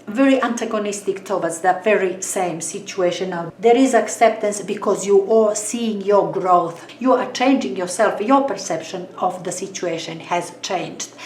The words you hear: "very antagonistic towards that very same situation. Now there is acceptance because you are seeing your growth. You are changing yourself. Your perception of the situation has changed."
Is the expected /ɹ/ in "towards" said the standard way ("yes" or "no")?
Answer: no